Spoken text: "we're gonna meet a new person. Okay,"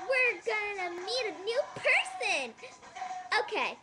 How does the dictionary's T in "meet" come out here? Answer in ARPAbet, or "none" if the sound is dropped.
T